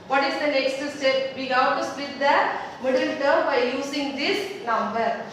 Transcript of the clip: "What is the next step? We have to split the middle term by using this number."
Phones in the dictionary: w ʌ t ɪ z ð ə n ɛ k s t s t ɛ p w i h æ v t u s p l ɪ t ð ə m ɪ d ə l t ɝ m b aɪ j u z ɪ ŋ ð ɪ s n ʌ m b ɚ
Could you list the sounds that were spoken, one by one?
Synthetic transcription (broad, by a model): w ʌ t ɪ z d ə n ɛ k s t s t ɛ p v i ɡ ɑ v t u s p ɪ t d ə m ɪ d ə l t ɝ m b aɪ j u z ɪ ŋ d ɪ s n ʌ m b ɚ